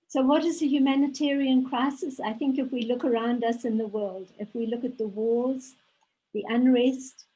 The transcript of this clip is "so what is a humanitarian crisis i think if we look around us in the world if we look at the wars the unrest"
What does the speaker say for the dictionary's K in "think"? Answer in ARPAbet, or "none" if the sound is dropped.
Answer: K